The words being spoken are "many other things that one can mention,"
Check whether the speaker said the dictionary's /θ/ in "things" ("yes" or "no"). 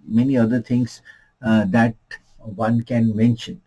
no